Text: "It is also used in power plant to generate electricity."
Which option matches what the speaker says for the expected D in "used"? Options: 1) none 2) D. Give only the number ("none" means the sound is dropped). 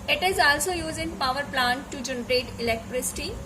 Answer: 1